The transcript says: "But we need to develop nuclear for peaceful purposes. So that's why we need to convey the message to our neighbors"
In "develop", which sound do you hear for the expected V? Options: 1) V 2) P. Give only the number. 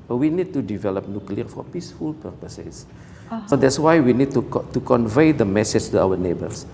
1